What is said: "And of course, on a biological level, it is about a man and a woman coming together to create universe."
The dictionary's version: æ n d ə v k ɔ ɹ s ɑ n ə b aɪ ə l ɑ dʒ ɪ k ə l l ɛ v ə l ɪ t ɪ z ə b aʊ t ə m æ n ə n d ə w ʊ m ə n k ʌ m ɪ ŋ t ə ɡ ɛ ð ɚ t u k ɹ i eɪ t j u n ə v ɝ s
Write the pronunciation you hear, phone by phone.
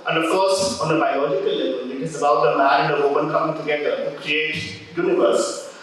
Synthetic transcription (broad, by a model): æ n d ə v k ɔ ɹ s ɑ n ə b aɪ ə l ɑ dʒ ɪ k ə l l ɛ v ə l ɪ t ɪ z ə b aʊ t ə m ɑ ə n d ə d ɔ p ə n k ʌ m ɪ ŋ t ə ɡ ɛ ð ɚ t u k ɹ i eɪ t j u n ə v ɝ s